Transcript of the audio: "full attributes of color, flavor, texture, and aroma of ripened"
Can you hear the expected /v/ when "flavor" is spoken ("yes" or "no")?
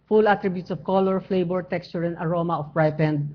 no